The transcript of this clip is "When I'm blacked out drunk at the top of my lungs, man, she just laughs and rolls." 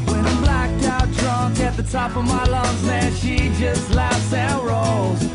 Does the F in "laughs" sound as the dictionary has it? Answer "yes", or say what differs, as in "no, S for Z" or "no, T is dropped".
yes